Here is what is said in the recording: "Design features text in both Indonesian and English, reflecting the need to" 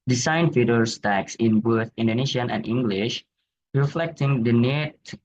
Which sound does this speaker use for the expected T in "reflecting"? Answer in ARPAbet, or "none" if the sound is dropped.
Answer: T